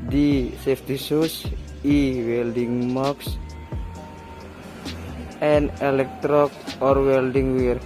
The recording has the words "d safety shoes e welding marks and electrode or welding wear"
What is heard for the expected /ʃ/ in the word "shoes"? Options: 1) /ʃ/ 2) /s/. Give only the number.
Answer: 2